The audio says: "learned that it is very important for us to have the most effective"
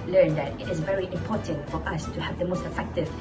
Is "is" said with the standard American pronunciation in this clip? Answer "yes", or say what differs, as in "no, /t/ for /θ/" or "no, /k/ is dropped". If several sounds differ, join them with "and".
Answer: yes